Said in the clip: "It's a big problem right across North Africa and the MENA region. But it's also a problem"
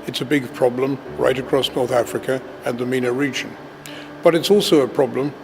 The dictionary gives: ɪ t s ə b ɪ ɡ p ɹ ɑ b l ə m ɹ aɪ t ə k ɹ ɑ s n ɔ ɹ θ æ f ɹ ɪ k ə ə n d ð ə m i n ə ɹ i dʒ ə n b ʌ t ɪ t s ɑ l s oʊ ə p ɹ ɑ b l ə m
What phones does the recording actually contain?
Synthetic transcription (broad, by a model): ɪ t s ə b ɪ ɡ p ɹ ɑ b l ə m ɹ aɪ t ə k ɹ ɑ s n ɔ ɹ θ æ f ɹ ɪ k ə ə n ð ə m i n ə ɹ i dʒ ə n b ʌ t ɪ t s ɑ l s oʊ ə p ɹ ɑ b l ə m